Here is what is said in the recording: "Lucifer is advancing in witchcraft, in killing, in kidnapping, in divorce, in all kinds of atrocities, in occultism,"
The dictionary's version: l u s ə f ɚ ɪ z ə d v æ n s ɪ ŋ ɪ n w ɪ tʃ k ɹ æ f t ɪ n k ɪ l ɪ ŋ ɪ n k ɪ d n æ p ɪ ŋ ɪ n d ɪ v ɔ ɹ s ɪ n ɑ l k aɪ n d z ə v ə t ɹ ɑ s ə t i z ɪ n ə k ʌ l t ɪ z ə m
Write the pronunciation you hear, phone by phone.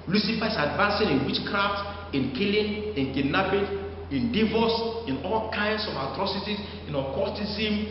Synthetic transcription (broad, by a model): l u s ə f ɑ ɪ s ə d v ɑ n s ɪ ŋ ɪ n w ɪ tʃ k ɹ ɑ f t ɪ n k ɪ l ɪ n ɪ n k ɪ n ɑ b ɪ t ɪ n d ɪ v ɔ s ɪ n ɑ l k aɪ n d s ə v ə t ɹ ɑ s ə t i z ɪ n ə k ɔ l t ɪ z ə m